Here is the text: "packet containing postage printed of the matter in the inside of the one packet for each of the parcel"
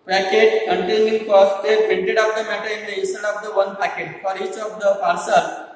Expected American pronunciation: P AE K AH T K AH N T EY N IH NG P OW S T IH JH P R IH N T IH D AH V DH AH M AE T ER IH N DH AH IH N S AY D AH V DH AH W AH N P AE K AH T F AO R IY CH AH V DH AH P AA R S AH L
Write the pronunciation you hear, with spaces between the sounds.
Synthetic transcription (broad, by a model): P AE K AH T K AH N T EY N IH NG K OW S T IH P IH N T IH D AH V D AH M AE T ER IH N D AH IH S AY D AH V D AH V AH N P AE K AH T F AO R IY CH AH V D AH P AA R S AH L